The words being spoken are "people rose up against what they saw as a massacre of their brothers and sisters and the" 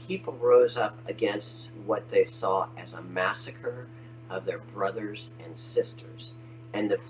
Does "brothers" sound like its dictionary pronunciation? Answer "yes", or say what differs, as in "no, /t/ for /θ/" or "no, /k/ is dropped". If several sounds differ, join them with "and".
yes